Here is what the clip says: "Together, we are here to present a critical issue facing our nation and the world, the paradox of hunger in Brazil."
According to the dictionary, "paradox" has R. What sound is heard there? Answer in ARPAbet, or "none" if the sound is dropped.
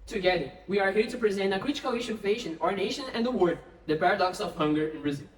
R